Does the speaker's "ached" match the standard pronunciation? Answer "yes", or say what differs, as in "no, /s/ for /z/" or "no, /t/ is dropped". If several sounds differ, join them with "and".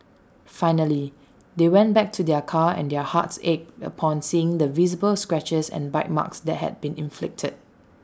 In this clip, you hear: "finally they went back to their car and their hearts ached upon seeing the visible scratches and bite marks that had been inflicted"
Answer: no, /t/ is dropped